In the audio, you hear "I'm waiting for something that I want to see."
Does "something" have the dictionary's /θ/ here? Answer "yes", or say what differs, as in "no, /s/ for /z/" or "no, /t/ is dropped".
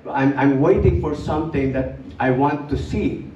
no, /t/ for /θ/